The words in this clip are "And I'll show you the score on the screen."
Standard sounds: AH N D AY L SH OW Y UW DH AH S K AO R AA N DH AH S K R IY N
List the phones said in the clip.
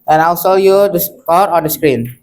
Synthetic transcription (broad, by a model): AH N AY L S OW Y UW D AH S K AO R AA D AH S K R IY N